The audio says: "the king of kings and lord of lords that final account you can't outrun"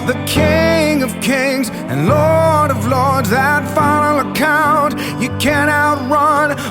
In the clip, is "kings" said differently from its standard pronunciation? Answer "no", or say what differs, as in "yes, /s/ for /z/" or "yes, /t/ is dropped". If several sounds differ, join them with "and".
no